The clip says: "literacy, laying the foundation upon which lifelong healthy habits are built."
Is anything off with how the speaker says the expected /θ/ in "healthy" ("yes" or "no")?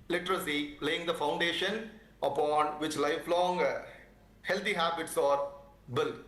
yes